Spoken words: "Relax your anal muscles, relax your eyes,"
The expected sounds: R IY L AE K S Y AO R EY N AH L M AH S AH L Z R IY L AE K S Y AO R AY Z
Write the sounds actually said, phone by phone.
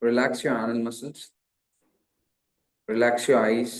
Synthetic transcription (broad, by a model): R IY L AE K S Y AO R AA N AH N M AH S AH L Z R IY L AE K S Y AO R AY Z